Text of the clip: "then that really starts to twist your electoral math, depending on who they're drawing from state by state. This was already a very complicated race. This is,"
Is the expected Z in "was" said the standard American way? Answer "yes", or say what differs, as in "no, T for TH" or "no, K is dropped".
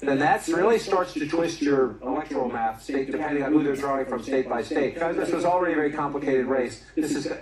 yes